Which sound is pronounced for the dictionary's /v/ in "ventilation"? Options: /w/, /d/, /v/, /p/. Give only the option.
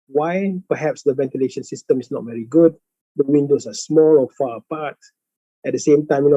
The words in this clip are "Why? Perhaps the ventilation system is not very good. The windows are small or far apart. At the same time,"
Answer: /v/